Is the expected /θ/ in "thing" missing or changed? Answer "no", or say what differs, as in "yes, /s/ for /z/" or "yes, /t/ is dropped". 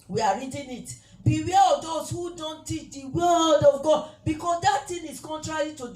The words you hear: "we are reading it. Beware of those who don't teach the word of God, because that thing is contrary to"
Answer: yes, /t/ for /θ/